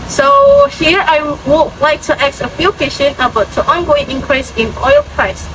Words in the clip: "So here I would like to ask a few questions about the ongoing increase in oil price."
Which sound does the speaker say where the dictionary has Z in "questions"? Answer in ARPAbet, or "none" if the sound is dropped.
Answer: none